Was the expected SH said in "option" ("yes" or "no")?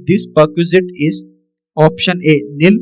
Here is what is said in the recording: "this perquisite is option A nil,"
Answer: yes